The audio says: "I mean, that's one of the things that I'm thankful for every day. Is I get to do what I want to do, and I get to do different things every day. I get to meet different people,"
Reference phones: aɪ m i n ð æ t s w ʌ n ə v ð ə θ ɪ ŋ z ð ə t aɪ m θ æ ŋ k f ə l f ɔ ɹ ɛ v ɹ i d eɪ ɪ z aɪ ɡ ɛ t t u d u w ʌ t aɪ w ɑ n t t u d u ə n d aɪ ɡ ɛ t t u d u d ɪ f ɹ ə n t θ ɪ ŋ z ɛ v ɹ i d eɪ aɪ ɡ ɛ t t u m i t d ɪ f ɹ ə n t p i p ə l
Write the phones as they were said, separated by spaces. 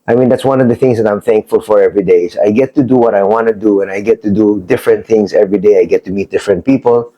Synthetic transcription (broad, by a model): aɪ m i n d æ t s w ʌ n ə v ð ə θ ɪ ŋ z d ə t aɪ m θ æ ŋ k f ə l f ɔ ɹ ɛ v ɹ i d eɪ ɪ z aɪ ɡ ɛ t t u d u w ʌ t aɪ w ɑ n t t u d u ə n aɪ ɡ ɛ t t u d u d ɪ f ɹ ə n t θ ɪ ŋ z ɛ v ɹ i d eɪ aɪ ɡ ɛ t t u m i t d ɪ f ɹ ə n t p i p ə l